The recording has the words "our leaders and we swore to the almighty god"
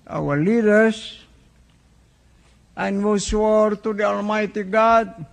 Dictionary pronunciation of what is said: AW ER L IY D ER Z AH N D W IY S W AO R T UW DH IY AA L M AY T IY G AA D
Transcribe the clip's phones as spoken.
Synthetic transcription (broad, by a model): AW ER L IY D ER S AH N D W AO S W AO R T UW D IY AA L M AY T IY G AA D